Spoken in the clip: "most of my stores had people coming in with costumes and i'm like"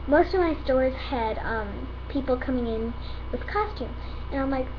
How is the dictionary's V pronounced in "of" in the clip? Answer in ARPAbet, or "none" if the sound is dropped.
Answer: V